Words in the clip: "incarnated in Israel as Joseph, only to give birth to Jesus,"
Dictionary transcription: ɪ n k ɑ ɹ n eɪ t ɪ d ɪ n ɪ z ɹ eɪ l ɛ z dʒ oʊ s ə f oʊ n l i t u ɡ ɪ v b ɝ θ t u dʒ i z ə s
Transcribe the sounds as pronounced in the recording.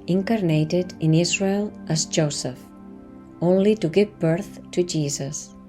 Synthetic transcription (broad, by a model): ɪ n k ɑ ɹ n eɪ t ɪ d ɪ n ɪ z ɹ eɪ l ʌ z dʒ oʊ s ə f oʊ n l i t u ɡ ɪ v b ɝ θ t u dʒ i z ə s